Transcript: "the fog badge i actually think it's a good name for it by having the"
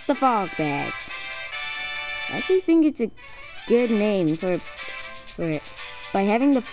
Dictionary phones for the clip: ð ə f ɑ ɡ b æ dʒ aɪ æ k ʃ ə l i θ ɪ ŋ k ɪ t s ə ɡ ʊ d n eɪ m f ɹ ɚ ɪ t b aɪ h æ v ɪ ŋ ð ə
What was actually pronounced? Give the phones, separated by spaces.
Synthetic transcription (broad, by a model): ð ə f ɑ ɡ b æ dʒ aɪ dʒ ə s θ ɪ ŋ k ɪ t s ə ɡ ʊ d n eɪ m f ɹ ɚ ɪ t b aɪ h æ v ɪ ŋ ð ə